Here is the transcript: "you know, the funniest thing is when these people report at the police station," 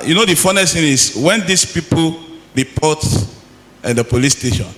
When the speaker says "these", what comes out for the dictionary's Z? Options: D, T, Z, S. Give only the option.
S